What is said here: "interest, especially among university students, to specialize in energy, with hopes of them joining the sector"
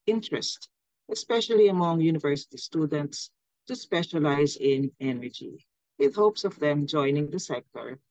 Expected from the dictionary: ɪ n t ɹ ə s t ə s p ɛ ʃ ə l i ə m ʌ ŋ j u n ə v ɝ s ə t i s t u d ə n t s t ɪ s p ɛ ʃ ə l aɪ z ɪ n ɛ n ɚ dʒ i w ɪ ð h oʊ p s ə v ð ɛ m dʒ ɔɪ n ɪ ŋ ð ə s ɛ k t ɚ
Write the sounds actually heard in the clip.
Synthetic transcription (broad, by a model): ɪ n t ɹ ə s t ə s p ɛ ʃ ə l i ə m ʌ ŋ j u n ə v ɝ s ə t i s t u d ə n t s t ɪ s p ɛ ʃ ə l aɪ z ɪ n ɛ n ɚ dʒ i w ɪ ð h oʊ p s ə v ð ɛ m dʒ ɔɪ n ɪ ŋ ð ə s ɛ k t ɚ